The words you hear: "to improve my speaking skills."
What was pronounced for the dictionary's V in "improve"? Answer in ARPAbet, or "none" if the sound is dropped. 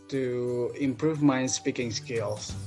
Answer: V